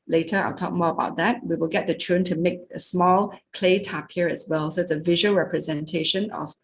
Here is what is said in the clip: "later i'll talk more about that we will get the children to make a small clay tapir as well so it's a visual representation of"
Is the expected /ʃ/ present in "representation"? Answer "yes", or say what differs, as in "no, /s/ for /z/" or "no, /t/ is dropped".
yes